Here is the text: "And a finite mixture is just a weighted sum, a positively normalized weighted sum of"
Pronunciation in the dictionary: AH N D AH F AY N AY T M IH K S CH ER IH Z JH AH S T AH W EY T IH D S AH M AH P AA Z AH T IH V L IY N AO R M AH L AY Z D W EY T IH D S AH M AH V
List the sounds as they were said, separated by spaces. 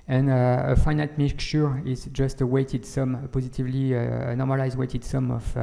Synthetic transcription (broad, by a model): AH N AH AH F AY N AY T M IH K CH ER IH Z JH AH S T AH W EY T IH D S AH M AH P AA Z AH T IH V L IY N AO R M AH L AY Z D W EY T IH D S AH M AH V